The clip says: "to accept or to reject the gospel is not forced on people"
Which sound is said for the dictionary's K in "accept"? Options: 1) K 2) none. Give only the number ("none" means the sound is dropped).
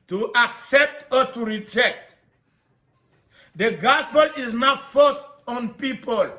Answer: 1